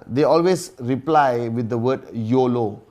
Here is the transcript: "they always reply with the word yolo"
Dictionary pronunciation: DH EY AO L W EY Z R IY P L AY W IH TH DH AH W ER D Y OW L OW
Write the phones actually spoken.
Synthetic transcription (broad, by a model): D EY AO L W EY S R IY P L AY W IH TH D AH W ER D Y OW L OW